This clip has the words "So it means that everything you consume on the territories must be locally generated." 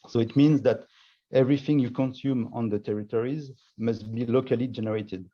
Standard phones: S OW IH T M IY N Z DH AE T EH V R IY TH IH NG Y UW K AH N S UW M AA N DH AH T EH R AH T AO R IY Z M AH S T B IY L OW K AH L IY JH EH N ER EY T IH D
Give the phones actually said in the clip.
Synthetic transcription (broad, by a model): S OW IH T M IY N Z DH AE T EH V R IY TH IH NG Y UW K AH N S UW M AA N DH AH T EH R AH T AO R IY Z M AH S T B IY L OW K AH L IY JH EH N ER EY T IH D